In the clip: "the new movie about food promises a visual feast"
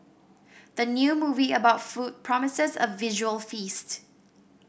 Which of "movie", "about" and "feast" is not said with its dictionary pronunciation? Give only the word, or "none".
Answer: none